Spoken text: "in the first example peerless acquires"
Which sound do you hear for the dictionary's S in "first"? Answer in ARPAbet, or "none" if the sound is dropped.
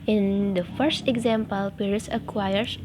S